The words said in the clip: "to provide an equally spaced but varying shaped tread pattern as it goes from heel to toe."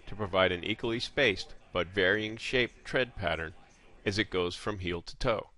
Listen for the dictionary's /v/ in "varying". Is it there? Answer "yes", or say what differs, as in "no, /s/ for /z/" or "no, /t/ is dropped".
yes